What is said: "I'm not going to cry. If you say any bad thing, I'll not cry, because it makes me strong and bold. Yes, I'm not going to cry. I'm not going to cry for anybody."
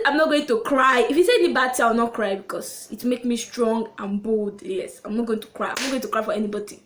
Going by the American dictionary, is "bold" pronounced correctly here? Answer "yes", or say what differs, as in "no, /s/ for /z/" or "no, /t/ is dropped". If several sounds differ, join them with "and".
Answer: yes